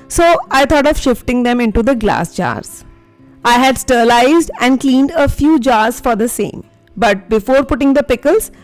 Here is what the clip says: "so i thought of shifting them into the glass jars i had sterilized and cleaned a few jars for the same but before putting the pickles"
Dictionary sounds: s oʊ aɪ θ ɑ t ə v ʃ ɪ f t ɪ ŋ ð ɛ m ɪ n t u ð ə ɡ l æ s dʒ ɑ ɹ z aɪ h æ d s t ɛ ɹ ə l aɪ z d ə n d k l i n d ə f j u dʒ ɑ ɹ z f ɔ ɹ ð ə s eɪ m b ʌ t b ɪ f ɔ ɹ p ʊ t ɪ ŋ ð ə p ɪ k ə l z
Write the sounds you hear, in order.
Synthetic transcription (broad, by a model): s oʊ aɪ t ɑ t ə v ʃ ɪ f t ɪ ŋ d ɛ m ɪ n t u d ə ɡ l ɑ s dʒ ɑ ɹ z aɪ h æ d s t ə l aɪ z d ə n d k l i n d ə f j u dʒ ɑ ɹ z f ɔ ɹ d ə s eɪ m b ʌ t b ɪ f ɔ ɹ p ʊ t ɪ ŋ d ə p ɪ k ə l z